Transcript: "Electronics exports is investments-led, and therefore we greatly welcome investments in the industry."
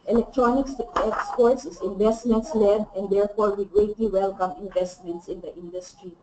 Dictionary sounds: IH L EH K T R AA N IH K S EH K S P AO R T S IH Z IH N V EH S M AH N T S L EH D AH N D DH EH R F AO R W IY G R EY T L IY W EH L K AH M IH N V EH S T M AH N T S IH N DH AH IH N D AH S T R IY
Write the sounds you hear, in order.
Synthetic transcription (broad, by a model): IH L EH K T R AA N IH K S EH K S P AO R T S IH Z IH N V EH S M AH N T S L EH D AH N D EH R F AO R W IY G R EY T L IY W EH L K AH M IH N V EH S T M AH N T S IH N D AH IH N D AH S T R IY